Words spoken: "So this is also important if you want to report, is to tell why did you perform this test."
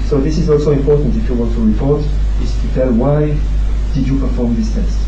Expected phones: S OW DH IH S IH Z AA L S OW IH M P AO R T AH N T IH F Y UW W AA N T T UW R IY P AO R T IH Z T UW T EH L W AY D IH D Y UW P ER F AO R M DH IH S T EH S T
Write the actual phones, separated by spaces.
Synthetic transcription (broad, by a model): S OW DH IH S IH Z AA L S OW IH M P AO R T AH N T IH F Y UW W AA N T T UW R IY P AO R T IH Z T UW T EH L W AY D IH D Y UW P ER F AO R M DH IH S T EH S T